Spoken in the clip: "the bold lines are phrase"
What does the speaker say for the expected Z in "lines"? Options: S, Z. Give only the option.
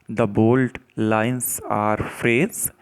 S